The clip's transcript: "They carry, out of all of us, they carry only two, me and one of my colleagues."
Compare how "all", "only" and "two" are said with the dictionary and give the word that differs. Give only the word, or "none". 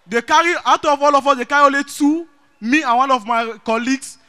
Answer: only